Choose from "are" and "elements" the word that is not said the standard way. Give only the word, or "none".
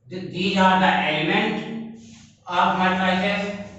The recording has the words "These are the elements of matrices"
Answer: elements